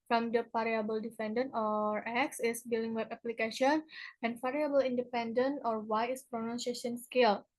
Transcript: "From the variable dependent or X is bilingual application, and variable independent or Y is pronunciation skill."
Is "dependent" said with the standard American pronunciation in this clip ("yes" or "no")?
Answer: no